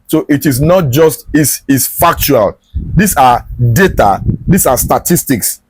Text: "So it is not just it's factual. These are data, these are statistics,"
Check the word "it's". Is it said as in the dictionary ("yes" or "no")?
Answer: no